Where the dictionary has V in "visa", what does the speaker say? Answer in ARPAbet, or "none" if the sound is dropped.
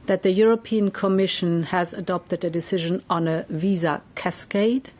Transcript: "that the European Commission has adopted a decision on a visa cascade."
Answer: V